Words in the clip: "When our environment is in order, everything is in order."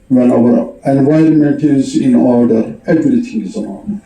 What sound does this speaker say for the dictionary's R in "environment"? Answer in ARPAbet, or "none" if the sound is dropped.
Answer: R